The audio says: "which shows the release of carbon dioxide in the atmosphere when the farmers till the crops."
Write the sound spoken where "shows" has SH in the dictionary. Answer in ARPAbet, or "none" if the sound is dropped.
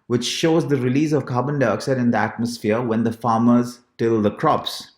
SH